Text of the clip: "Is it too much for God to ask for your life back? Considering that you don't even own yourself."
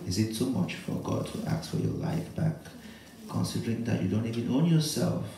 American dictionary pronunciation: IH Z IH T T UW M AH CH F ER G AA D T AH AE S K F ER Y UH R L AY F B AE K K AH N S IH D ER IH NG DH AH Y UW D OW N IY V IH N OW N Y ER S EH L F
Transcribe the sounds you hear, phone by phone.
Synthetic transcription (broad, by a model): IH Z IH T S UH M AH CH F ER G AA D T AH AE K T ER Y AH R L AY F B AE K K AH N S IH D ER IH NG DH AH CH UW D OW N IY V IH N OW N Y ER S EH L F